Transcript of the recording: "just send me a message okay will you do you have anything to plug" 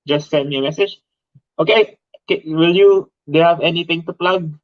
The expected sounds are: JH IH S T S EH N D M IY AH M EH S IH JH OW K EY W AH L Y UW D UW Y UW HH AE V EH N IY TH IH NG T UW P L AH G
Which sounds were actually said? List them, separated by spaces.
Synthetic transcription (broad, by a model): JH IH S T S EH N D M IY AH M EH S IH JH OW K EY W AH L Y UW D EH HH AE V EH N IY T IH NG T UW P L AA G